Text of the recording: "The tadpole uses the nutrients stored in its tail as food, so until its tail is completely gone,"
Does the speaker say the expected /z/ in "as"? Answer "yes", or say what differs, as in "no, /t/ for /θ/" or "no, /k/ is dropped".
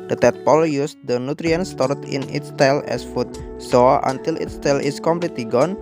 no, /s/ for /z/